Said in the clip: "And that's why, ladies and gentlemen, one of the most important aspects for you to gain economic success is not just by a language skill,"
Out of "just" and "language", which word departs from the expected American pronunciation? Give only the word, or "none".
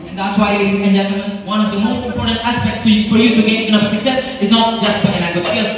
language